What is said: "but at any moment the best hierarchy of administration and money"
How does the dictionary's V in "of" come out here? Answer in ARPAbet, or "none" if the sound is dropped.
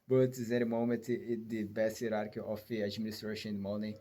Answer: F